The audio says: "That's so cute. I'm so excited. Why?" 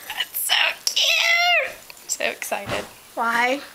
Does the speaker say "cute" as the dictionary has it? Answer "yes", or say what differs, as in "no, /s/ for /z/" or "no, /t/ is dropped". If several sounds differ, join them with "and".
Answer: no, /t/ is dropped